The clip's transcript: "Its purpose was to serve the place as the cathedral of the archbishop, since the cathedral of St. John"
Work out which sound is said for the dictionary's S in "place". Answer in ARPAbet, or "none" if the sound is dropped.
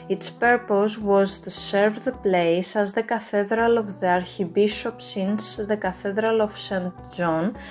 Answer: S